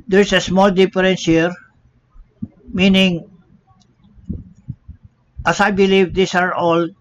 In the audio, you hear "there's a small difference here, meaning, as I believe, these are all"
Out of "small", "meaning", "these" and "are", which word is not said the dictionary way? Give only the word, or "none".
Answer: these